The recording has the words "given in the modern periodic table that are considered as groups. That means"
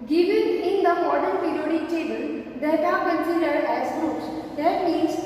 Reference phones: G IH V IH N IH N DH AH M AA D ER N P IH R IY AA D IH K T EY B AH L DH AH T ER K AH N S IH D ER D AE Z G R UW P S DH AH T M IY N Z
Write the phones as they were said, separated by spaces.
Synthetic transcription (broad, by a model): G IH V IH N IH N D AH M AA D ER N P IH R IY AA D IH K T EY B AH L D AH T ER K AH N S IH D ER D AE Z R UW S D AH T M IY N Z